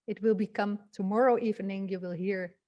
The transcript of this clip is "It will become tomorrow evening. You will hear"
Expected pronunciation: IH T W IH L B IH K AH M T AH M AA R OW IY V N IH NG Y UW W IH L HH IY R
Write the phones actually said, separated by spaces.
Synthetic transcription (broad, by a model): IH T W IH L B IH K AH M T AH M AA R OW IY V N IH NG Y UW W IH L HH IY R